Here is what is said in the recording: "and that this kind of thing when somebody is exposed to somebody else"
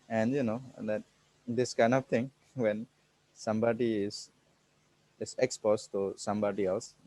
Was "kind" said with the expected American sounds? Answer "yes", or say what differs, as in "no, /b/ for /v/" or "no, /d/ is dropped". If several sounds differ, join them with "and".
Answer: yes